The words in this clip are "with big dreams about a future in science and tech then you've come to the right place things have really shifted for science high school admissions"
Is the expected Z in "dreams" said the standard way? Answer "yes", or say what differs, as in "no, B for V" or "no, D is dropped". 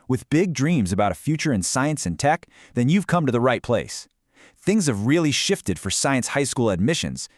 yes